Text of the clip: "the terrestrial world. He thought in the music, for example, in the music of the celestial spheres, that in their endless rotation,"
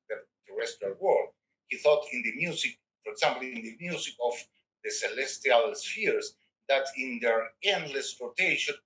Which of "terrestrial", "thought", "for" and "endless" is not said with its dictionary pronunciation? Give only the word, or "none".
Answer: terrestrial